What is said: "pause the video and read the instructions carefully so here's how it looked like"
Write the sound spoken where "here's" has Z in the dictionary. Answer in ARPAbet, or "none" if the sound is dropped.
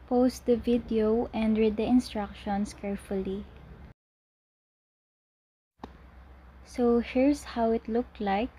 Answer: S